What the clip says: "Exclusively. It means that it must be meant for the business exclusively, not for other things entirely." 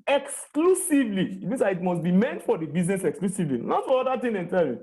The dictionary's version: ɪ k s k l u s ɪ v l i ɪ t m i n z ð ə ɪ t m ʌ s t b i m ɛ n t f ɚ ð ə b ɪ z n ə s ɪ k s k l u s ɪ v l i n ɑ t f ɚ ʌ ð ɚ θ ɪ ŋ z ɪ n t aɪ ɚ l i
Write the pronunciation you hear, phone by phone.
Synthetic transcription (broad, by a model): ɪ k s k l u s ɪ v l i ɪ t m i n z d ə ɪ t m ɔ s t b i m ɛ n t f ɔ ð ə b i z n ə s ɪ k s k l u s ɪ v l i n ɑ t f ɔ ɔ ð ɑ t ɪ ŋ ɪ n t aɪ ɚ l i